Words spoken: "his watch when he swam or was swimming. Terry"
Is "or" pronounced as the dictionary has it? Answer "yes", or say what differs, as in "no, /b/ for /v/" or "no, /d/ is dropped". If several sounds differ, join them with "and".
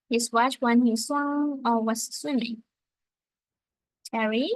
no, /l/ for /ɹ/